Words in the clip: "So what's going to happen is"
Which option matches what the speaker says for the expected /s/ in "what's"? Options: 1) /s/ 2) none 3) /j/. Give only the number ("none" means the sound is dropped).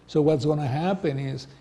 1